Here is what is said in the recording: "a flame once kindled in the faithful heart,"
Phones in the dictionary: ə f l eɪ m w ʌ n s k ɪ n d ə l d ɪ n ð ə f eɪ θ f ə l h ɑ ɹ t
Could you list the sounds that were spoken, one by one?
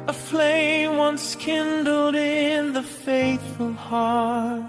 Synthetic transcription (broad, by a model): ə f l eɪ m w ʌ n s k ɪ n d l d ɪ n ð ə f eɪ θ f ə l h ɑ ɹ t